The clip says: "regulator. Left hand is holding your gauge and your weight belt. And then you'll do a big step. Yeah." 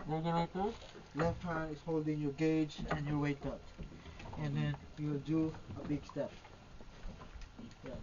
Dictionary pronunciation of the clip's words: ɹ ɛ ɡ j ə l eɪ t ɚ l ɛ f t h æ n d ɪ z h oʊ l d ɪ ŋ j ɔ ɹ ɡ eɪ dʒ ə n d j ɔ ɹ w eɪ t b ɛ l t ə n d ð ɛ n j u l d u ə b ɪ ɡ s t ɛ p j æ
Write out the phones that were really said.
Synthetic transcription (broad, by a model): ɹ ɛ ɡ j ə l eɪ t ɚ l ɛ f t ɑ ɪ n ɪ s h oʊ l d ɪ ŋ j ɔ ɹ ɡ eɪ dʒ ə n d j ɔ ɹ w eɪ t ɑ t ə n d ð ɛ n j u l d u ə b ɪ ɡ s t ɛ p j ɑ